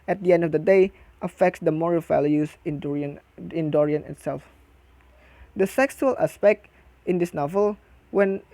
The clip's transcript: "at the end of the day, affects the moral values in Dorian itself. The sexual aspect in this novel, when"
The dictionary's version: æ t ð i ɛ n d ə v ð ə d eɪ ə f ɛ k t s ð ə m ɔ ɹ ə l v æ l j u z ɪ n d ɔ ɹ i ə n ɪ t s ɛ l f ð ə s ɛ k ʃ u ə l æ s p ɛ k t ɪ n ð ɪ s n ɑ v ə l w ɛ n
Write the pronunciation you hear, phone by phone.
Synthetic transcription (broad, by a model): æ t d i ɛ n d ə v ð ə d eɪ ə f ɛ k t s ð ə m ɔ ɹ ə l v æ l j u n ɪ n d ɔ ɹ i ə n ɪ t s ɛ l f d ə s ɛ k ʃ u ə l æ s p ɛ k t ɪ n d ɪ s n ɑ v ə l w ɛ n